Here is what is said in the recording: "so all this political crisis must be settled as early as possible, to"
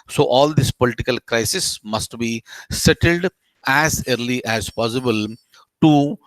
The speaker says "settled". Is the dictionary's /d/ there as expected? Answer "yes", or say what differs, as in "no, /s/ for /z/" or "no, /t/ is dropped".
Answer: yes